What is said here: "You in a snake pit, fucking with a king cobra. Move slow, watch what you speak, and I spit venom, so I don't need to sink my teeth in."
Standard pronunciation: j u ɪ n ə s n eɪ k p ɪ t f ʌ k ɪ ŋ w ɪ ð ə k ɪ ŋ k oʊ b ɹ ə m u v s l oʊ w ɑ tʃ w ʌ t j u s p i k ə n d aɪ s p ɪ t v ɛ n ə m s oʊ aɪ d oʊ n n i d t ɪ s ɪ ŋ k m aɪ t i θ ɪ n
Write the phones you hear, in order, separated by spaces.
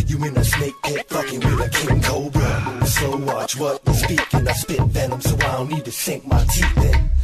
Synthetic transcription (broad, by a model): j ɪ ɪ n ə s n eɪ k b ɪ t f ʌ k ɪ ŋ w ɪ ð ə k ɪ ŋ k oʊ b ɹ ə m s oʊ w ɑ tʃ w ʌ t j s p i k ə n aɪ s p ɪ t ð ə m s oʊ aɪ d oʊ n n i d t ɪ s ɪ ŋ k m aɪ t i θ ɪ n